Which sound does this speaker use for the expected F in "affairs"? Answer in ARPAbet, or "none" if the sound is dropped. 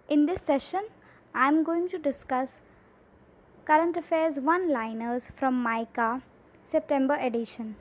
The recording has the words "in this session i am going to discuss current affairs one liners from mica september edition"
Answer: F